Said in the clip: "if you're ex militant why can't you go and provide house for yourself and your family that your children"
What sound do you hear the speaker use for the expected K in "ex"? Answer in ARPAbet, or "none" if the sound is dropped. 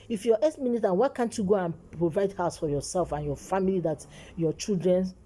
none